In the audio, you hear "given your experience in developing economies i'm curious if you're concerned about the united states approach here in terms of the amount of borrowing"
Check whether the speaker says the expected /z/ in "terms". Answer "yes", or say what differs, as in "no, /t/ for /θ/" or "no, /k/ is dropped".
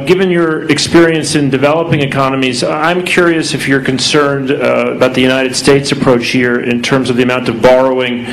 yes